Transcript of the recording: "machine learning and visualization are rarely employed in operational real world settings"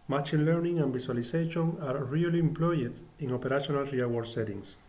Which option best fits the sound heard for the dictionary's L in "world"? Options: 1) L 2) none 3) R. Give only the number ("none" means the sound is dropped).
2